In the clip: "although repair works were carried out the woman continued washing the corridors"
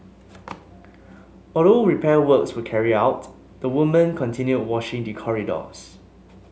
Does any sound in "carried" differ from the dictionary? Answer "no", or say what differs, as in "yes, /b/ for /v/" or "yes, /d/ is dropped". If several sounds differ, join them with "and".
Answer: yes, /d/ is dropped